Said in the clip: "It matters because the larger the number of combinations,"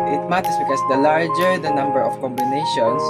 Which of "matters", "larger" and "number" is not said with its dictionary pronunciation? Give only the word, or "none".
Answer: matters